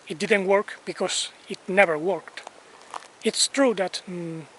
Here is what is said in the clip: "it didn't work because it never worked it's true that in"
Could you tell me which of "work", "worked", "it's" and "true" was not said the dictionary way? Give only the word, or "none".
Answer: none